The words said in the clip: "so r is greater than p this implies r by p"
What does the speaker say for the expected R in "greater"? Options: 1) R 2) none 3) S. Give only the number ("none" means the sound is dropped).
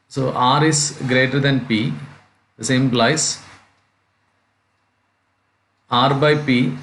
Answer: 1